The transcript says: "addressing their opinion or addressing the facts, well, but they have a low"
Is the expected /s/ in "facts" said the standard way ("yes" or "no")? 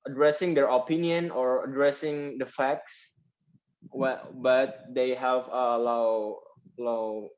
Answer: yes